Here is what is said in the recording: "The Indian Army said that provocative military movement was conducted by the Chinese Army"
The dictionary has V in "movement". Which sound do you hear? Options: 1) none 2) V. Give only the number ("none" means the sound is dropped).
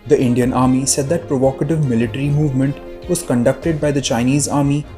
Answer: 2